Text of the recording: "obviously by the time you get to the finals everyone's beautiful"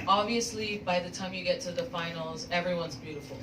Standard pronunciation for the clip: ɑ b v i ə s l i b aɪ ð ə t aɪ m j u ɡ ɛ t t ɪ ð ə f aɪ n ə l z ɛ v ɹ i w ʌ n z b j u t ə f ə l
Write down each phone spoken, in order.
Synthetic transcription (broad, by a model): ɑ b v i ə s l i b aɪ ð ə t aɪ m j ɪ ɡ ɛ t t ɪ ð ə f aɪ n l z ɛ v ɹ i w ʌ n z b j u t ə f l